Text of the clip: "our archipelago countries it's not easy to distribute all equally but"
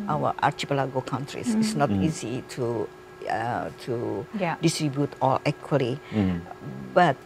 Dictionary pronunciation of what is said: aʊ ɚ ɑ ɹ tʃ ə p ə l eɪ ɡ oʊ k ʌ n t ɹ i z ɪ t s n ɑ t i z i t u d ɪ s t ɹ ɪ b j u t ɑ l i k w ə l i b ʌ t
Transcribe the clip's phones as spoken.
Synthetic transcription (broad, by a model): aʊ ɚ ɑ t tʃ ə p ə l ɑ ɡ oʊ k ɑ n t ɹ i s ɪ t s n ɑ t i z i t u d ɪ s t ɹ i b j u t ɑ l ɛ k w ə l i b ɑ t